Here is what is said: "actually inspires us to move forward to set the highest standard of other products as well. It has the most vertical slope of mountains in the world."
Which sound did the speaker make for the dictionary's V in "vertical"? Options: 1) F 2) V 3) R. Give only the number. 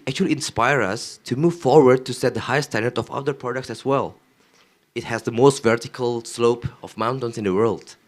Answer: 2